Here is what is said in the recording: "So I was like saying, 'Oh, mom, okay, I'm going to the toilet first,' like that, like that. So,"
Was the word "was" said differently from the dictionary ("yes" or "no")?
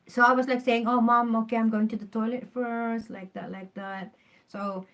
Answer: yes